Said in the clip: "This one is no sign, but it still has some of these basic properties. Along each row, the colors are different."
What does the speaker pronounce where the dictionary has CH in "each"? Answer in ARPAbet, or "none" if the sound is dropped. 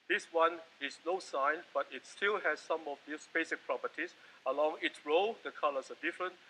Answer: S